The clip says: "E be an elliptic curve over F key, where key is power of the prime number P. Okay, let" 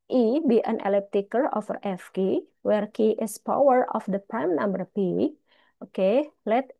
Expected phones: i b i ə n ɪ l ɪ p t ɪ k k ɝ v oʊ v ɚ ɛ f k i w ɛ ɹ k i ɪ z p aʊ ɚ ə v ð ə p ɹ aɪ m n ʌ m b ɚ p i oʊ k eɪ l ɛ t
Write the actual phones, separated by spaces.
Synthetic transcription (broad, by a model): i b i ə n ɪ l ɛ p t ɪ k k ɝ oʊ f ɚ ɛ f k i w ɛ ɹ k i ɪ s p aʊ ɚ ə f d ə p ɹ aɪ m n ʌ m b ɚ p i oʊ k eɪ l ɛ t